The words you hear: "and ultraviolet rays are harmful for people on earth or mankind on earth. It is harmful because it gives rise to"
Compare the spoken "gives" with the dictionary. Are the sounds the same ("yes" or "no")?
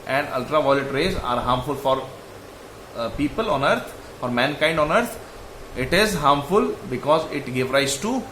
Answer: no